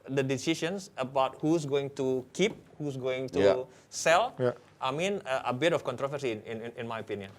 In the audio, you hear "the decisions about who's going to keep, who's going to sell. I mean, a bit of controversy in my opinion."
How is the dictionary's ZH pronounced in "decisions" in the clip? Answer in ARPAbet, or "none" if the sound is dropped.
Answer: SH